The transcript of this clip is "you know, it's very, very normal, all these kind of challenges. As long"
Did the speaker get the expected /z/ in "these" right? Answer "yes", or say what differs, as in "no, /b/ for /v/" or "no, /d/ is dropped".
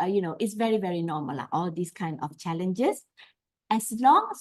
no, /s/ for /z/